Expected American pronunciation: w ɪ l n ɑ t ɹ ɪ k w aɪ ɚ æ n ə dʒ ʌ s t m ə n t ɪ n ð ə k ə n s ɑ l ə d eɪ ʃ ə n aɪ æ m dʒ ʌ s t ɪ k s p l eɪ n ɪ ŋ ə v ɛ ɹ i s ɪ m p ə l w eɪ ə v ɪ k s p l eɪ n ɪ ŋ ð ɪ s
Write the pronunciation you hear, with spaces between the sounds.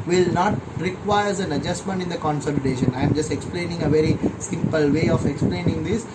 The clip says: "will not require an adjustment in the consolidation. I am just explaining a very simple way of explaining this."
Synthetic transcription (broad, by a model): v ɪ l n ɑ t ɹ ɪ k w aɪ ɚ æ n ə dʒ ʌ s t m ə n t ɪ n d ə k ə n s ɑ l ə d eɪ ʃ ə n aɪ m dʒ ʌ s t ɪ k s p l eɪ n ɪ ŋ ə v ɛ ɹ i s ɪ m p ə l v eɪ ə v ɪ k s p l eɪ n ɪ ŋ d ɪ s